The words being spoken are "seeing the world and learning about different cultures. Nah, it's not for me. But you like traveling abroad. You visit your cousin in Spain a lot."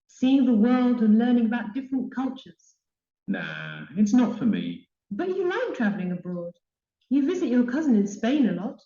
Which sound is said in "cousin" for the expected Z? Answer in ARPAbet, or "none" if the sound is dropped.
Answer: Z